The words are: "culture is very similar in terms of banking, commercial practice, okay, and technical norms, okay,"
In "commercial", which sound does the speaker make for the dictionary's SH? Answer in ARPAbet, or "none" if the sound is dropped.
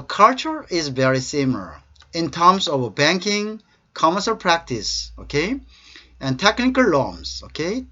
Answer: S